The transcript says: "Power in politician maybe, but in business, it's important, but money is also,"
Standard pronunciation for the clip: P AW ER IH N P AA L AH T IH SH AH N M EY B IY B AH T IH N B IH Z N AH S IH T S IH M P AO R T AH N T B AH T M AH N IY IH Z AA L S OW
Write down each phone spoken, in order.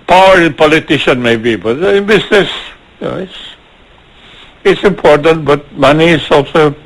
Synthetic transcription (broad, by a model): P AW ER IH N P AA L AH T IH SH AH N M EY B IY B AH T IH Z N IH S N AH S IH T S IH M P AO R T AH N T B AH T M AH N IY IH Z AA L S OW